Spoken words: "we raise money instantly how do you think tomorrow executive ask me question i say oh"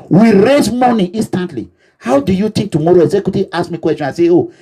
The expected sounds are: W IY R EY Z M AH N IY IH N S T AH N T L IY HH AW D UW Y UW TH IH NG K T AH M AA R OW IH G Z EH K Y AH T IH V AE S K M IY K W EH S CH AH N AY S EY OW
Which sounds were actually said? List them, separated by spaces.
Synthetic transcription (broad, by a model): W IY R EY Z M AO N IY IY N S T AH N T L IY HH AW D UW Y UW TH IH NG K T AH M AA R OW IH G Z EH K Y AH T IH AA S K M IY K W EH S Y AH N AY S EY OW